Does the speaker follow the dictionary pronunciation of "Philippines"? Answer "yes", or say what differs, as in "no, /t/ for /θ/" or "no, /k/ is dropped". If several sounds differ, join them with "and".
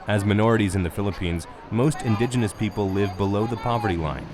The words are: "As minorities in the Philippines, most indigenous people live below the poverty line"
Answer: yes